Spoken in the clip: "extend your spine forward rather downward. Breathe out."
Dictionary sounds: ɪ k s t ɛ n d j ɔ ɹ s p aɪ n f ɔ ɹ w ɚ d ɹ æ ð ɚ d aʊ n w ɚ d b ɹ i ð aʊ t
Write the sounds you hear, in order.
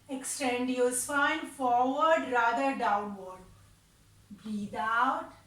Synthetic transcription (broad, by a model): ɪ k s t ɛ n d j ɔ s f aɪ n f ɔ ɹ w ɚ d ɹ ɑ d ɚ d aʊ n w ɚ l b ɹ i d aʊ t